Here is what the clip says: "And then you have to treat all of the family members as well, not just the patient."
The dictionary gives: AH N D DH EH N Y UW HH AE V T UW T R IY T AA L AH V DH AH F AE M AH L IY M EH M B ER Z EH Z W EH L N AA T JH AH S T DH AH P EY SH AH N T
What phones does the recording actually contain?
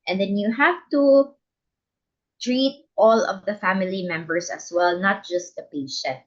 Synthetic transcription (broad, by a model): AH N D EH N Y UW HH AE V T UW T R IY T AA L AH V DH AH F AE M AH L IY M EH M B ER S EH S W EH L N AA T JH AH S T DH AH P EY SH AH N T